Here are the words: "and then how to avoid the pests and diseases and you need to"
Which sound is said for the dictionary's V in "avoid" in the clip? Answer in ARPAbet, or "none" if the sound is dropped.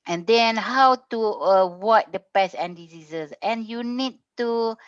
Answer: W